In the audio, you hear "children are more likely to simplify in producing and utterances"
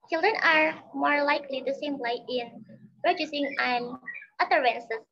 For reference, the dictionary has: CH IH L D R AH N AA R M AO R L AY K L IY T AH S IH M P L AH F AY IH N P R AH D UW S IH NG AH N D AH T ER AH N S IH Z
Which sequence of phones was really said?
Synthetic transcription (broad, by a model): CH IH L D R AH N AA R M AO R L AY K L IY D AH S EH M L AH IH IH N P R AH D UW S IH NG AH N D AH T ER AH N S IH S